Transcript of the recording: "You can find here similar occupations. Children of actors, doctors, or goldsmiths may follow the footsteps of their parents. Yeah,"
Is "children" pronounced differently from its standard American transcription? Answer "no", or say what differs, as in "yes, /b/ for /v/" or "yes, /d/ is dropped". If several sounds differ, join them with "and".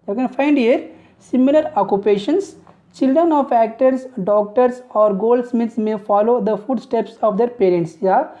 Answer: no